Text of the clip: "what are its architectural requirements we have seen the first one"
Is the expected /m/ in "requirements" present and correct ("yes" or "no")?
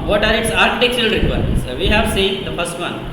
no